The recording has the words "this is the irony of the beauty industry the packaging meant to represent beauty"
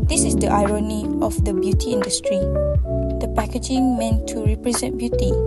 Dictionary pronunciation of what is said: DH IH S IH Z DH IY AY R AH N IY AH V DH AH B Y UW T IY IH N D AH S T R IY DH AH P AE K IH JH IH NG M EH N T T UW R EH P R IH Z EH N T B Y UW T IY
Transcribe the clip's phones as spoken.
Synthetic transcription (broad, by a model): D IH S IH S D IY AY R AH N IY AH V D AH B Y UW T IY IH N D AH S T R IY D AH P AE K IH JH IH NG M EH N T T UW R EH P R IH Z EH N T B Y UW T IY